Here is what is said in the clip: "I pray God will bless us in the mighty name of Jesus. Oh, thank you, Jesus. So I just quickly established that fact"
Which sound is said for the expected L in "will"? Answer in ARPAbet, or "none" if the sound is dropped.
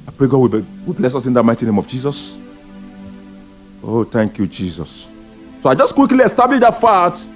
W